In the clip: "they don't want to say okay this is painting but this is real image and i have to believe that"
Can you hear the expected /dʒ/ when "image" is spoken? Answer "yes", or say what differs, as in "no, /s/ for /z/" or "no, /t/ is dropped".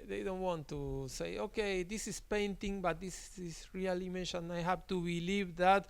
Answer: no, /ʃ/ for /dʒ/